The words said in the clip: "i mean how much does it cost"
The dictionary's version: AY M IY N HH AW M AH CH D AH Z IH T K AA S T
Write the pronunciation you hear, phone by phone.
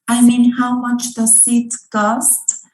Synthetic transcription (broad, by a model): AY M IY N HH AW M AH CH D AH S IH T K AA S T